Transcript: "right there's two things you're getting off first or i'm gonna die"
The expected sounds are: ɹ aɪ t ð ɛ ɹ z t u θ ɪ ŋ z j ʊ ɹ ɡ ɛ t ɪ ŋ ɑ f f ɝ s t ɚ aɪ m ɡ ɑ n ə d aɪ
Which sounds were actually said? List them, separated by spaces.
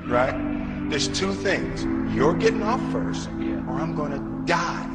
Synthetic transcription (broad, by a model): ɹ aɪ t ð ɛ ɹ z t u θ ɪ ŋ z j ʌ ɹ ɡ ɛ t ɪ ŋ ɑ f f ɝ s t ɚ aɪ m ɡ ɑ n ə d aɪ